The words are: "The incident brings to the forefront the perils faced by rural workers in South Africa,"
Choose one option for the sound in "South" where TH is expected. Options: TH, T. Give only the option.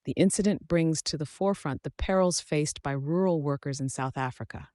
TH